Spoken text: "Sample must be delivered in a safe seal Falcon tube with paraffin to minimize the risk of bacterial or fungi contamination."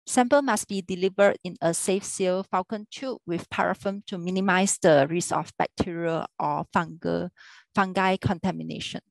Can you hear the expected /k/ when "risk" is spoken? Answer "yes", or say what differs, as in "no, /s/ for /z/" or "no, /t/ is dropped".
no, /k/ is dropped